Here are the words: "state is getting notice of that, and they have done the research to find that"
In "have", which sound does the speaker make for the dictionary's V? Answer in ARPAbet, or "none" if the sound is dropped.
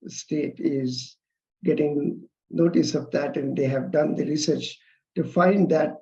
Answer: V